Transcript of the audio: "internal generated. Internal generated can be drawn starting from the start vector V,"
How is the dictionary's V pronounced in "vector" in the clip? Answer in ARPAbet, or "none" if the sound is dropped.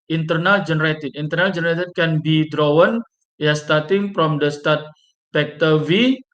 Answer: P